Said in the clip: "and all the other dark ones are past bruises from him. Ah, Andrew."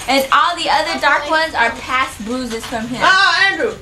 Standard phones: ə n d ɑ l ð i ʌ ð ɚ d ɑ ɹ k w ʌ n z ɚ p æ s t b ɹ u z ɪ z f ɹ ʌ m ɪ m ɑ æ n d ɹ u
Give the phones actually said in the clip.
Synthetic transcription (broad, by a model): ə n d ɑ l ð i ʌ ð ɚ d ɑ ɹ k w ʌ n z ɚ p æ s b u z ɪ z f ɹ ʌ m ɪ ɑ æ n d ɹ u